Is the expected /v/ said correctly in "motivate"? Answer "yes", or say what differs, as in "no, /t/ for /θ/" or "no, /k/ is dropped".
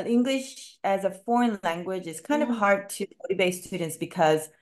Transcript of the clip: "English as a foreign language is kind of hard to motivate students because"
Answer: no, /b/ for /v/